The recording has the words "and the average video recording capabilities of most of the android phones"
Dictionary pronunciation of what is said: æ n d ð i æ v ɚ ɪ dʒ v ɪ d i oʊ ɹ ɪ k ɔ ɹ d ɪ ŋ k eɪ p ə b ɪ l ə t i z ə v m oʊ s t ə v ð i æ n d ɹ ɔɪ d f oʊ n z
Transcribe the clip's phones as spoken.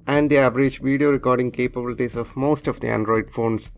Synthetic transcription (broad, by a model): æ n d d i æ v ɚ ɪ dʒ v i d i oʊ ɹ ɪ k ɔ ɹ d ɪ ŋ k eɪ p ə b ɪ l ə t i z ə v m oʊ s t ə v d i æ n d ɹ ɔɪ d f oʊ n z